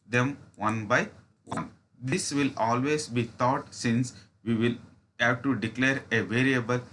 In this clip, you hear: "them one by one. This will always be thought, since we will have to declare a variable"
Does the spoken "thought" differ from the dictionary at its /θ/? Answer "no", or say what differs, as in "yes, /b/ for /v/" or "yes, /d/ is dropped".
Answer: yes, /t/ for /θ/